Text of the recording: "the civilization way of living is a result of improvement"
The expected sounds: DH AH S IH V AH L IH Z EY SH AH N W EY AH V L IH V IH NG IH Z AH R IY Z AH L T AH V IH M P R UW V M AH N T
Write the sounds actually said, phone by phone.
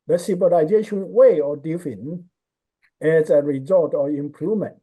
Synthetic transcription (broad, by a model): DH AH S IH B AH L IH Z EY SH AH N W EY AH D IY F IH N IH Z AH R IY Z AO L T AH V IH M P R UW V M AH N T